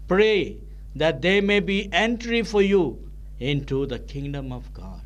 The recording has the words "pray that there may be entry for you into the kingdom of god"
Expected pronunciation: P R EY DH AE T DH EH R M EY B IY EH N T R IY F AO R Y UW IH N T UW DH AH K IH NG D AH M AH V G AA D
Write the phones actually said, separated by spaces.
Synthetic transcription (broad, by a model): P R EY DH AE T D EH M EY B IY EH N T R IY F AO R Y UW IH N T UW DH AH K IH NG D AH M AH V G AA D